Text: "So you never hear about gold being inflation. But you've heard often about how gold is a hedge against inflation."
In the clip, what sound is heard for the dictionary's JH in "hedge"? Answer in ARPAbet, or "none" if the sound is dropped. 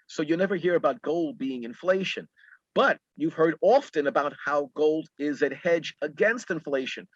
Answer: JH